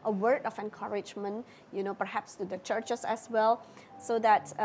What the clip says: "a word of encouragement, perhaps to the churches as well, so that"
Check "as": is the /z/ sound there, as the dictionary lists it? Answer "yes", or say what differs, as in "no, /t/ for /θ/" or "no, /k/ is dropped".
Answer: no, /s/ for /z/